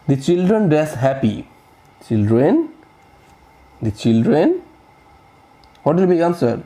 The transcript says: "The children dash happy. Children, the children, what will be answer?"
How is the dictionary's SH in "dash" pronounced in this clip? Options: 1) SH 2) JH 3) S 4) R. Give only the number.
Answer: 3